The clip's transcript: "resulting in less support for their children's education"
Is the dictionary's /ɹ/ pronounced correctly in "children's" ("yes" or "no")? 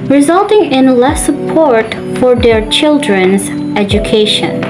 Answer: yes